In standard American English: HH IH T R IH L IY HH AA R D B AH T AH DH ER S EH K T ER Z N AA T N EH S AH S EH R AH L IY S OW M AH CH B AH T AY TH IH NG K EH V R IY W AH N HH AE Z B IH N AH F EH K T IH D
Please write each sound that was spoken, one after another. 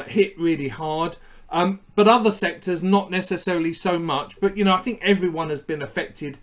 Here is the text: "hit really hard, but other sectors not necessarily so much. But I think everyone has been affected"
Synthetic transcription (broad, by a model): HH IH T R IH L IY HH AA R D B AH T AH DH ER S EH K T ER Z N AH T N EH S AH S EH R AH L IY S OW M AH CH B AH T AY TH IH NG K EH V R IY W AH N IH Z B IH N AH F EH K T IH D